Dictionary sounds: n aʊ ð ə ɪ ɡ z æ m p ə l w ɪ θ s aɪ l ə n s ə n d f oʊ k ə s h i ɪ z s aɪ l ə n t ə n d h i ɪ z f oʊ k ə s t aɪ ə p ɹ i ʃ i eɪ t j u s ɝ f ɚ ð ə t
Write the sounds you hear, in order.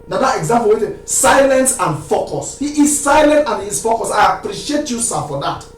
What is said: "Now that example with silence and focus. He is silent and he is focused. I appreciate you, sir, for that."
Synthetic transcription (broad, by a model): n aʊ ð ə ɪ ɡ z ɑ m p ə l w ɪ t s aɪ l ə n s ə n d f oʊ k ə s h i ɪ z s aɪ l ə n t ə n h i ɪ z f oʊ k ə s aɪ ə p ɹ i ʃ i eɪ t j u s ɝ f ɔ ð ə t